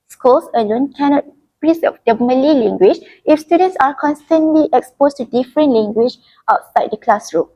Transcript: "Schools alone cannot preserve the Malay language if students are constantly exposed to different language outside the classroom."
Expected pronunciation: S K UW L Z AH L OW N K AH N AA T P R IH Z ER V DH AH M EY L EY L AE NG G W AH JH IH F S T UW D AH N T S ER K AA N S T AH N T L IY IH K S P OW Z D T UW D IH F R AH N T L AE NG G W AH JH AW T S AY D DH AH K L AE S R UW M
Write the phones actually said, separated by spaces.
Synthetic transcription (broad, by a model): S K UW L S AH L OW N K AH N AA T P R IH S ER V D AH M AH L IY L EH NG G W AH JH IH F S T UW D AH N T S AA K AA N S T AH N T L IY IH K S P OW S T UW D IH F R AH N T L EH NG G W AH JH AW T S AY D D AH K L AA S R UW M